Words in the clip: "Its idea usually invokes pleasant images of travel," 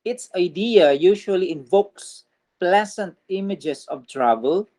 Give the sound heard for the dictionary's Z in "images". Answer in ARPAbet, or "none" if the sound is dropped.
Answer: S